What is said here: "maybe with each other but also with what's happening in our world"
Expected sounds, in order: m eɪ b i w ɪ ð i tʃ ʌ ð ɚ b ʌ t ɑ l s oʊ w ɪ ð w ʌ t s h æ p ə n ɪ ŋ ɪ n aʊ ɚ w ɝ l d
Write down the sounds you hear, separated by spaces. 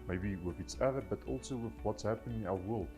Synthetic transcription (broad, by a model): m eɪ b i w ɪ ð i s ʌ ð ɚ b ʌ t ɑ l s oʊ w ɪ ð w ʌ t s h æ p ə n ɪ ŋ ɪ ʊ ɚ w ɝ l